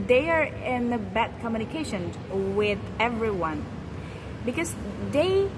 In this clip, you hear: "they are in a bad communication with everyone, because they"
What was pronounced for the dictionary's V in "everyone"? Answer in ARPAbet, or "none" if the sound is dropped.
V